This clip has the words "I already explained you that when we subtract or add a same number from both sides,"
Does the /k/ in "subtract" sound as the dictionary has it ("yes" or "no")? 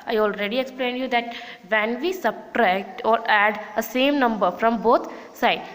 yes